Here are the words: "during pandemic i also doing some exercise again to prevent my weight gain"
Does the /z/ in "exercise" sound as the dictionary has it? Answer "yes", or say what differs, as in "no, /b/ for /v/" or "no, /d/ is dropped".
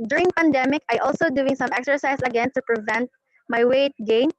no, /s/ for /z/